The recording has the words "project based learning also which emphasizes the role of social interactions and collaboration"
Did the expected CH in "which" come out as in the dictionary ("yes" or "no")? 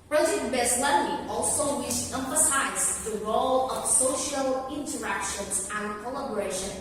no